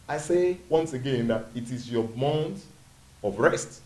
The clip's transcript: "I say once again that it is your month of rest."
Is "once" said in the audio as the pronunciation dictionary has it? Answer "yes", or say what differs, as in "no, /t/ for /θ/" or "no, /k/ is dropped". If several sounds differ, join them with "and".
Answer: yes